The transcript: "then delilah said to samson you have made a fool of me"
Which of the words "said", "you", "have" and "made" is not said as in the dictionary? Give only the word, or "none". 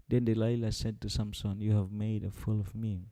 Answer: none